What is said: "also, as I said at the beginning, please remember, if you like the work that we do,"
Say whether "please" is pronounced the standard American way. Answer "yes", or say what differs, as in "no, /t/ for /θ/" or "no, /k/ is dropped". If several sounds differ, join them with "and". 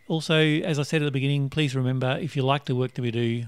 yes